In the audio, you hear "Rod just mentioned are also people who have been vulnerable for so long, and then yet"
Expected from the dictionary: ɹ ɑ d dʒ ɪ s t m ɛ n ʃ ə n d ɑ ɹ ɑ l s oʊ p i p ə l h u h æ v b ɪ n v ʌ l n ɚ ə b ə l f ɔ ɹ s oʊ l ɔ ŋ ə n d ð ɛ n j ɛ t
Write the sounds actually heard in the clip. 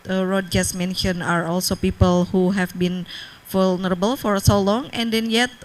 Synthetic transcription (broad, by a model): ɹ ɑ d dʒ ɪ s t m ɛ n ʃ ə n ɑ ɹ ɑ l s oʊ p i p ə l h u h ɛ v b ɪ n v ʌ l n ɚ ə b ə l f ɔ ɹ s oʊ l ɔ ŋ ə n d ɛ n j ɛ t